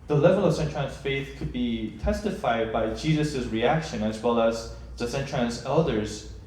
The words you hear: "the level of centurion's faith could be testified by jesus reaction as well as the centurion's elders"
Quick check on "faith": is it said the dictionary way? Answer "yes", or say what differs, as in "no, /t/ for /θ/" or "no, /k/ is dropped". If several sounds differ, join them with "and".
yes